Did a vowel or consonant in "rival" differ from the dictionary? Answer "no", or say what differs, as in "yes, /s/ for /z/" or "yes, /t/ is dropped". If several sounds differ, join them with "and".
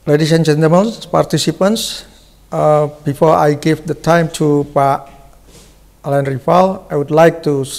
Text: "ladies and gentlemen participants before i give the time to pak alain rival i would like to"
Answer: yes, /f/ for /v/